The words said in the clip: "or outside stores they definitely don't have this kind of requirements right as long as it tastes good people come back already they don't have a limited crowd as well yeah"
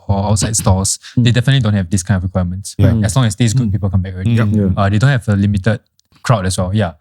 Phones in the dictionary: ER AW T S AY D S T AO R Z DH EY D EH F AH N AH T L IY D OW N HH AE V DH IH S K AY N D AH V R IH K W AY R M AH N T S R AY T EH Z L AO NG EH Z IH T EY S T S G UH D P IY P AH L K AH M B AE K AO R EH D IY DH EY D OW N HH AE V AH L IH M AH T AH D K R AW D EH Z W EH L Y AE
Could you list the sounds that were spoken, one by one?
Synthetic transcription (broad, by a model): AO AW T S AY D S T AO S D EY D EH F AH N AH T L IY D OW N HH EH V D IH S K AY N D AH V R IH K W AY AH M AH N T S W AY EH S L AO NG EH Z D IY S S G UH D P IY P AH L K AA M B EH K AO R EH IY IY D EY D OW N HH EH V AH L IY M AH T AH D K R AW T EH S W EH L Y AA